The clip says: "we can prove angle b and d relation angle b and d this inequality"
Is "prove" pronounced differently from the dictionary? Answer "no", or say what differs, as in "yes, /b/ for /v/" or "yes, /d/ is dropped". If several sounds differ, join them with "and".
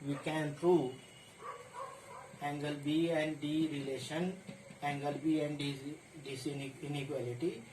yes, /v/ is dropped